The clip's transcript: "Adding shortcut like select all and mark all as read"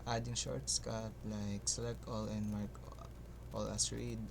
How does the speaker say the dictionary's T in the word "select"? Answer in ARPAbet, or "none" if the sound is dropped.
none